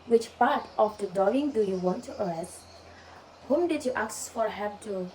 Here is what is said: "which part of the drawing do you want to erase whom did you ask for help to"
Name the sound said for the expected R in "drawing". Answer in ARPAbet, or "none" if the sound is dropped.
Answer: none